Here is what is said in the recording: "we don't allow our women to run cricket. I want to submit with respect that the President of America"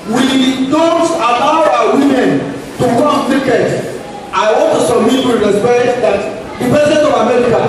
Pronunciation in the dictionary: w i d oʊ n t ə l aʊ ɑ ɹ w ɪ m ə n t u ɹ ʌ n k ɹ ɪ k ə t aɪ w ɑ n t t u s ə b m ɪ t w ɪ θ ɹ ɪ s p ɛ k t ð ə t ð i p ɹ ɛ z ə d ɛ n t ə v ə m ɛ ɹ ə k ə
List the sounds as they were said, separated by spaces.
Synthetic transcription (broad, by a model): w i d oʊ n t ə l aʊ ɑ w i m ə n t u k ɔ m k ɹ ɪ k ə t aɪ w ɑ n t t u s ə m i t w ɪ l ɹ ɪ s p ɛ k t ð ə t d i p ɛ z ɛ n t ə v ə m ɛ ɹ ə k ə